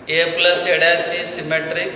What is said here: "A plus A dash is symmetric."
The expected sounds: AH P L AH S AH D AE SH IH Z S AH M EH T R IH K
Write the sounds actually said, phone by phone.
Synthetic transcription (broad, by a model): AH P L AH S AH D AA S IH S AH M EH T R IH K